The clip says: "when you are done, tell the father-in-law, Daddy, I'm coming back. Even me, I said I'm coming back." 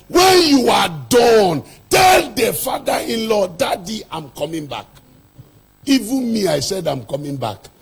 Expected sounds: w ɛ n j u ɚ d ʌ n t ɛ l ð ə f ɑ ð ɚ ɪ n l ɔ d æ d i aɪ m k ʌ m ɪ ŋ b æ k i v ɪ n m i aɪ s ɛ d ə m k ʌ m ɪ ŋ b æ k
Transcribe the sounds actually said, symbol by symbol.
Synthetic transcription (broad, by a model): w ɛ n j u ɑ d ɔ n t ɛ l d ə f ɑ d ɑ ɪ n l ɔ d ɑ d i aɪ m k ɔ m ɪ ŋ b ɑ k i v ɪ n m i aɪ s ɛ d ə m k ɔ m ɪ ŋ b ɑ k